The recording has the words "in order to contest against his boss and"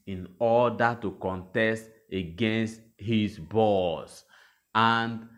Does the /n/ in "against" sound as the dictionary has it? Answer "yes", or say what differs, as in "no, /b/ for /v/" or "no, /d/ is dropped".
yes